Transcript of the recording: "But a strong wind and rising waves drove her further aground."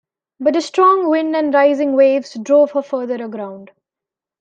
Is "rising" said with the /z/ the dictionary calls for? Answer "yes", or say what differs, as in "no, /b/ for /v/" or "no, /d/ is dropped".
yes